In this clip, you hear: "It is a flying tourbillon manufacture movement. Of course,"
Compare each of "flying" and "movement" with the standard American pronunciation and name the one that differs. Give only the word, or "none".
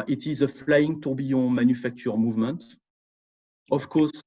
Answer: none